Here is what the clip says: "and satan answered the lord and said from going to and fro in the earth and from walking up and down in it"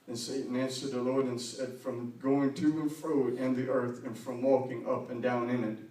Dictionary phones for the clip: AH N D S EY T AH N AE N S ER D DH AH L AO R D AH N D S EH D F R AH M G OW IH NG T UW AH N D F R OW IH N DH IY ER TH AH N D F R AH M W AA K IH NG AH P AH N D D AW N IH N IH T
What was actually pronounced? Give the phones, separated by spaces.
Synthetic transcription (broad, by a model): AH N S EY T N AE N S ER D DH AH L AO R D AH N S EH D F R AH M G OW IH NG T UW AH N F R OW IH N DH IY ER TH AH N F R AH M W AA K IH NG AH P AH N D D AW N IH N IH T